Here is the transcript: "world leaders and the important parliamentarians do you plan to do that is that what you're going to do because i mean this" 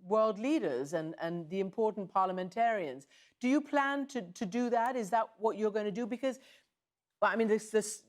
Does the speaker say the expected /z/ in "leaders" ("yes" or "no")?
yes